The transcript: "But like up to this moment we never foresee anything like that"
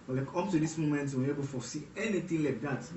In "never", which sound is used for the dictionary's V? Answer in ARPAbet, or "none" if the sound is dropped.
B